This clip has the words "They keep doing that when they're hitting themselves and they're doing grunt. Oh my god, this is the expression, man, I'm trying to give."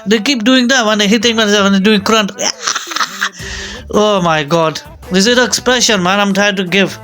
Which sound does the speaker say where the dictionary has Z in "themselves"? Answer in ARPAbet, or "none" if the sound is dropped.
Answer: none